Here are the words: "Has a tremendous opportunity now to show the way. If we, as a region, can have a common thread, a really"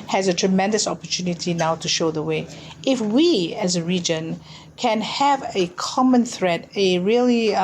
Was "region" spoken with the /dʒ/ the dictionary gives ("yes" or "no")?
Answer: yes